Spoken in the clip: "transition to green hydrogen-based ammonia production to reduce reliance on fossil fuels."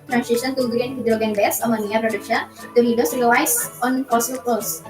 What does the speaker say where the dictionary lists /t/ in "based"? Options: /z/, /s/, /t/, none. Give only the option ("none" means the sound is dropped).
none